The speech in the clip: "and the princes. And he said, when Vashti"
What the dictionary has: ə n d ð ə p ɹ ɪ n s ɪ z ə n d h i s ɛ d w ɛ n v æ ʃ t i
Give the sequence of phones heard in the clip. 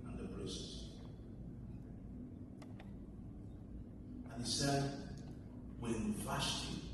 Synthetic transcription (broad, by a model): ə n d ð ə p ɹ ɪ s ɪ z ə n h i s ɛ d w ɛ n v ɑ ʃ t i